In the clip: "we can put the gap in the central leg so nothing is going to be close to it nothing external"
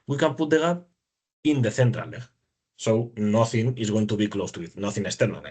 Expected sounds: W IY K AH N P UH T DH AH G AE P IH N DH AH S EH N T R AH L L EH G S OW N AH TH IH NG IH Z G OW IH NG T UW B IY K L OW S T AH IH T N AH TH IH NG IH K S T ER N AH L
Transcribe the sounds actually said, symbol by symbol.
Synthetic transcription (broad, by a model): W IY K AH N P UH T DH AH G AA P IH N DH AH TH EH N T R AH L L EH S OW N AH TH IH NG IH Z G OW IH NG T UW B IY K L OW S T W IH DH N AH TH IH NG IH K S T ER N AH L